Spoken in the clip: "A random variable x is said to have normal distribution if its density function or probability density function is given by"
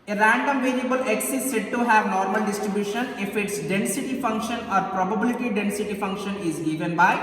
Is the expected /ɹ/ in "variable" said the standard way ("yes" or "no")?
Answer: no